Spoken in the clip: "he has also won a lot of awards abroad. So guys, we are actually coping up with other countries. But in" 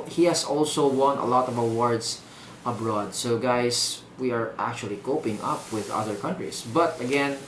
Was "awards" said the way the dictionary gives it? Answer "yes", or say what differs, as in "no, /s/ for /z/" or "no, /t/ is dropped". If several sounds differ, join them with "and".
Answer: no, /s/ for /z/